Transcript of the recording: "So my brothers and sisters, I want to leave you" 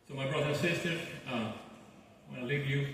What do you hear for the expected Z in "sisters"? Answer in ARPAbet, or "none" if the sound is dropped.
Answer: none